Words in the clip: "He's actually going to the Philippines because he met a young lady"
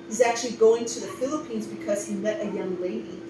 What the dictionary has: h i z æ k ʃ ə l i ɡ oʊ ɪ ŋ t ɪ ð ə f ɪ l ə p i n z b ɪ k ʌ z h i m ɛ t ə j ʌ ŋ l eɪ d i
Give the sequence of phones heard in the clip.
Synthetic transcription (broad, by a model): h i z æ k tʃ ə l i ɡ oʊ ɪ ŋ t ɪ ð ə f ɪ l ə p i n z b ɪ k ʌ z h i m ɛ t ə j ʌ ŋ l eɪ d i